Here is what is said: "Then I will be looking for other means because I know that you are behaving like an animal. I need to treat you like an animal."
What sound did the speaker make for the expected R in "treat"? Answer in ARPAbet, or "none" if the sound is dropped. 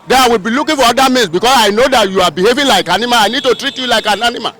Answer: R